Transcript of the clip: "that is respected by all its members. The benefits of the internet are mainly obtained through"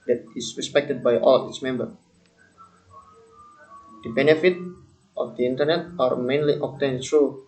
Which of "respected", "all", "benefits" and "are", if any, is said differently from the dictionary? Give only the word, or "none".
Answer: benefits